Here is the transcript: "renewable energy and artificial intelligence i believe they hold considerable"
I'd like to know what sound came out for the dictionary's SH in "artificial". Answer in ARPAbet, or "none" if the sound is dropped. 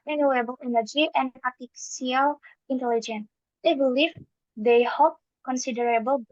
none